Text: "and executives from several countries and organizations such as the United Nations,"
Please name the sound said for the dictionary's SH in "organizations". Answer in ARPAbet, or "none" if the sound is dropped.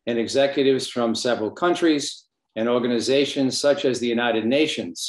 SH